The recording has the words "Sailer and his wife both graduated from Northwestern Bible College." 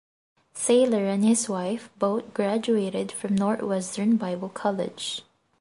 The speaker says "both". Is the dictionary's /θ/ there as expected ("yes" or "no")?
no